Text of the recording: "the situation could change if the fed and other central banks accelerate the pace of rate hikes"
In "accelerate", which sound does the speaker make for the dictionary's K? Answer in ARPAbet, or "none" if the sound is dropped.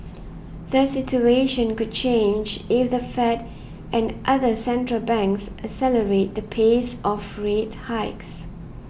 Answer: none